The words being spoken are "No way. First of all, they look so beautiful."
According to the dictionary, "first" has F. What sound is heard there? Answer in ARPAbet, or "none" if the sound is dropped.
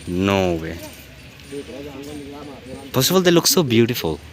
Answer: P